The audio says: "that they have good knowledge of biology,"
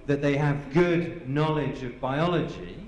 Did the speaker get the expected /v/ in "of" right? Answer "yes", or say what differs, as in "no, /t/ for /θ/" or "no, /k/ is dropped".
yes